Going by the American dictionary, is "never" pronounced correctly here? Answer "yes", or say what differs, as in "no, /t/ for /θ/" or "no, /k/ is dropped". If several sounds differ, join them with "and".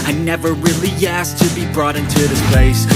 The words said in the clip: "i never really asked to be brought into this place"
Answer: yes